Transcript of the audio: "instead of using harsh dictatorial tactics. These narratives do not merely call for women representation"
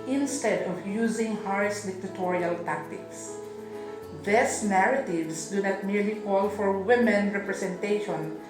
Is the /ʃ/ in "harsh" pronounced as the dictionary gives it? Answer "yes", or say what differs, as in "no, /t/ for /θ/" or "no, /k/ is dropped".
no, /s/ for /ʃ/